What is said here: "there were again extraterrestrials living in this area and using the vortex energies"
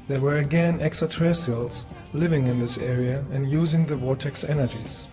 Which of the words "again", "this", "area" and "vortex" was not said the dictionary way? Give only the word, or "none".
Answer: vortex